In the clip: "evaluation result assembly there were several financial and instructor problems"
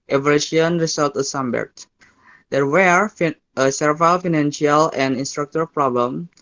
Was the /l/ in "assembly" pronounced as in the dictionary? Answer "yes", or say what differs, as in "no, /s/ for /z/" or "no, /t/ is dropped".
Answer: no, /l/ is dropped